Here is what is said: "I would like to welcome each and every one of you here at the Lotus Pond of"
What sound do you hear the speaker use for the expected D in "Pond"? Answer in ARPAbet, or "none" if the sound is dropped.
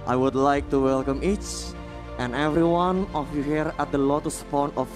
none